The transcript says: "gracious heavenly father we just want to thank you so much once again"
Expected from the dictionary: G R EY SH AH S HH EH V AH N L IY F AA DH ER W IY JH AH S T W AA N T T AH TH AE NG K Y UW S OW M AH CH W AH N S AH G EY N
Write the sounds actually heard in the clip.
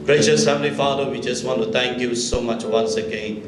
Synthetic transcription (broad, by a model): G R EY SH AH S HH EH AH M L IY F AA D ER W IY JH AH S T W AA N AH T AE NG K Y UW S OW M AH CH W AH N S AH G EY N